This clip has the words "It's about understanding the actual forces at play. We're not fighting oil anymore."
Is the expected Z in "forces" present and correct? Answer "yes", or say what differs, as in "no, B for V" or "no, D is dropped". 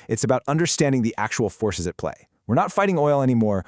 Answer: yes